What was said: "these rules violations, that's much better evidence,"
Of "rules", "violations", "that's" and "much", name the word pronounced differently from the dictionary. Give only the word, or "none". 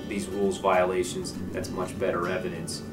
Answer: none